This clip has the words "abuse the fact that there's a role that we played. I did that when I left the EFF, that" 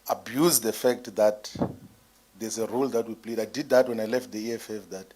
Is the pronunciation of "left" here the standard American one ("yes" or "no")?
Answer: yes